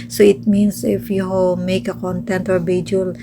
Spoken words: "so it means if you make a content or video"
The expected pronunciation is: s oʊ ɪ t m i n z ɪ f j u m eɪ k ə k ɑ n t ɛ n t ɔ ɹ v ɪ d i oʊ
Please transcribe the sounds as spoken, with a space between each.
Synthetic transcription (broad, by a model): s oʊ ɪ t m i n s ɪ f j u m eɪ k ə k ɑ n t ɛ n t ɔ ɹ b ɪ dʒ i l